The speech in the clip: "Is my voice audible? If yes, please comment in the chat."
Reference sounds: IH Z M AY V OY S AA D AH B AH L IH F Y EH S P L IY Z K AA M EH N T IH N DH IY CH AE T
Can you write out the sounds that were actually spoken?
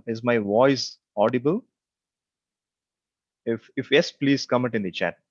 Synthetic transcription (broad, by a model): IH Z M AY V OY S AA D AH B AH L IH F Y EH S P L IY Z K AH M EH T IH N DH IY CH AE T